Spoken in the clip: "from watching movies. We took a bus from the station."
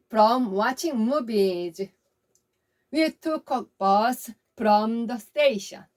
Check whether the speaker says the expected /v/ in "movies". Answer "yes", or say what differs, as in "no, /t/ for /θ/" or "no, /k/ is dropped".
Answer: no, /b/ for /v/